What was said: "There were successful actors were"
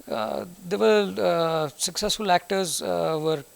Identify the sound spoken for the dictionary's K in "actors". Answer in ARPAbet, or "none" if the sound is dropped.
K